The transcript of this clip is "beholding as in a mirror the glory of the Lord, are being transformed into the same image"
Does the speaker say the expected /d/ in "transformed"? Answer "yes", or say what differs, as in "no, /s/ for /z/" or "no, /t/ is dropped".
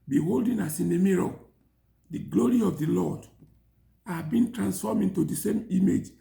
no, /d/ is dropped